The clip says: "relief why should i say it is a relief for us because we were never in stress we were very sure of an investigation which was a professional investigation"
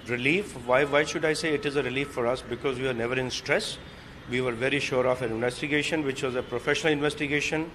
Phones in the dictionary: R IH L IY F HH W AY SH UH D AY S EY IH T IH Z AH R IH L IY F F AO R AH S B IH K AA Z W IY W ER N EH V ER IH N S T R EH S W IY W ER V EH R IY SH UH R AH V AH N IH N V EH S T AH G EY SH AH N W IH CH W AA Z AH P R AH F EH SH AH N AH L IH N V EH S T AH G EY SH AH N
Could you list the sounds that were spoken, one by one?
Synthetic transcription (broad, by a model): R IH L IY F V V AY SH UH D AY S EY IH T IH Z AH R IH L IY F F AO R AH S B IH K AA Z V IY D N EH V ER IH N S T R EH S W IY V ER V EH R IY SH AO R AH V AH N IH N V EH S T AH G EY SH AH N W IH CH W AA Z AH P R AH F EH SH AH N AH L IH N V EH S T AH G EY SH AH N